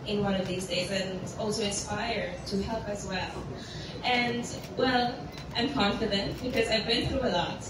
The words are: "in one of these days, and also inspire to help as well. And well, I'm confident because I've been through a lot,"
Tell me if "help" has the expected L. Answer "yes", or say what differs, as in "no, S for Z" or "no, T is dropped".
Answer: yes